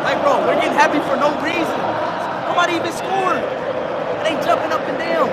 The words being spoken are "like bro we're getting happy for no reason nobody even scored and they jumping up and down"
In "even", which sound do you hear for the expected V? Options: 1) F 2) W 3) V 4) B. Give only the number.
4